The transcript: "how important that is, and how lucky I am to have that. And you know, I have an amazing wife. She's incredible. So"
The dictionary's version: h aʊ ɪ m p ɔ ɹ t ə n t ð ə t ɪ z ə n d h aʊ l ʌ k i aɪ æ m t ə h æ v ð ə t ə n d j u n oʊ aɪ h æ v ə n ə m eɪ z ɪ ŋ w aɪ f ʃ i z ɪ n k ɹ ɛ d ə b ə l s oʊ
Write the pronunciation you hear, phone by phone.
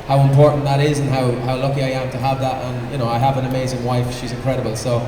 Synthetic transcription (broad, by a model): h aʊ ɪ m p ɔ ɹ t n ð ə t ɪ z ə n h h aʊ l ʌ k i aɪ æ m t ə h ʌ v ð ə t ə n j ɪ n oʊ aɪ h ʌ v ə n ə m eɪ z ɪ ŋ w aɪ f ʃ i z ɪ n k ɹ ɛ d ə b ə l s oʊ